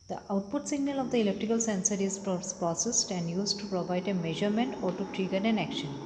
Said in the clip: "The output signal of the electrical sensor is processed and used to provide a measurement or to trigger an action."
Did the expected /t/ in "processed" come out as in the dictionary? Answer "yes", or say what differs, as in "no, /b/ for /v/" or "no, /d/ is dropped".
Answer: yes